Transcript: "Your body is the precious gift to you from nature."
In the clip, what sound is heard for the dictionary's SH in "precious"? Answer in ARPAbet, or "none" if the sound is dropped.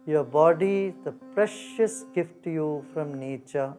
SH